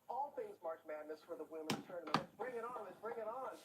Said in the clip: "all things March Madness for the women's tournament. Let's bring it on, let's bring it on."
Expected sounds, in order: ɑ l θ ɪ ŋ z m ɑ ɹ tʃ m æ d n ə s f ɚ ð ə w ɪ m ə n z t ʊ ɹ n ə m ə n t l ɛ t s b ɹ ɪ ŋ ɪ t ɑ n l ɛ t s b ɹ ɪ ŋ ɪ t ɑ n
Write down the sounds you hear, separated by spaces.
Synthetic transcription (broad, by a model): ɑ l θ ɪ ŋ z m ɑ ɹ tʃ m æ d n ə s f ɚ ð ə w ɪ m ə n t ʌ ɹ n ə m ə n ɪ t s b ɹ ɪ ŋ ɪ t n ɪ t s b ɹ ɪ ŋ ɪ t n